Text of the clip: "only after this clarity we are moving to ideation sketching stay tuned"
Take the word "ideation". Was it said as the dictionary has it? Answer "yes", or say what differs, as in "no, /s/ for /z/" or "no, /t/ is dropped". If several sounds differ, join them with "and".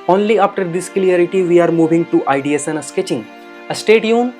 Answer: no, /s/ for /ʃ/